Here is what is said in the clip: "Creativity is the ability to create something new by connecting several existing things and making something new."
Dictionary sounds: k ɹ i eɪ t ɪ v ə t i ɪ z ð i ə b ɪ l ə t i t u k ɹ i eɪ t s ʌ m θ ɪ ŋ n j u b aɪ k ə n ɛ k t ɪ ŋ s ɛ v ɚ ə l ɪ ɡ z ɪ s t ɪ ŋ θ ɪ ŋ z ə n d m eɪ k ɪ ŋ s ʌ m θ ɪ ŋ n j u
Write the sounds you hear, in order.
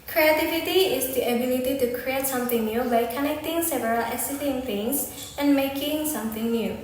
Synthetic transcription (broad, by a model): k ɹ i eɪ t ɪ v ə t i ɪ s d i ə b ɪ l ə t i t u k ɹ i eɪ t s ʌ m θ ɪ ŋ n j u b aɪ k ə n ɛ k t ɪ ŋ s ɛ v ɚ ə l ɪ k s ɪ t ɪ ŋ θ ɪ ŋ s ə n m eɪ k ɪ ŋ s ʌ m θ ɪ ŋ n j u